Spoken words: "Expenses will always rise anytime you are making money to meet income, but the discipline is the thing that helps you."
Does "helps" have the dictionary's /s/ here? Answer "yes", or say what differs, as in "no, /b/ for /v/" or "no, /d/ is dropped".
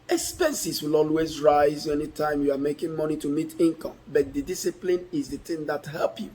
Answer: no, /s/ is dropped